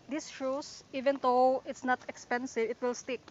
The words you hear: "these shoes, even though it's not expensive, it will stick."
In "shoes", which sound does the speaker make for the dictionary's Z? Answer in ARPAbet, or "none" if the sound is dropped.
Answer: S